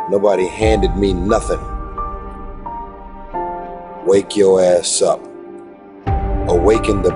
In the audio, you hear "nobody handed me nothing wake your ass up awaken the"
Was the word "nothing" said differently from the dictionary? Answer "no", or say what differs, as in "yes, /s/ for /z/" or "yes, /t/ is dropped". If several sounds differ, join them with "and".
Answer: no